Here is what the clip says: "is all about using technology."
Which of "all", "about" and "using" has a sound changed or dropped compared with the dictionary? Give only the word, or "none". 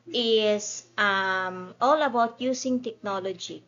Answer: using